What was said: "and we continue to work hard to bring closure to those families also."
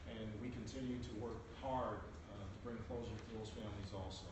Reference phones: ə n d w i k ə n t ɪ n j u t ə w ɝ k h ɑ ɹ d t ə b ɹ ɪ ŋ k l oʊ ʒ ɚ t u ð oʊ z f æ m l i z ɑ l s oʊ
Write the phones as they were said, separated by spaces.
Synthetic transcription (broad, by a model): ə n w i k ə n t ɪ n j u t ə w ɝ k h ɑ ɹ d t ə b ɹ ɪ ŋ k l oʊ z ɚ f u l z f æ m l i z ɑ l s oʊ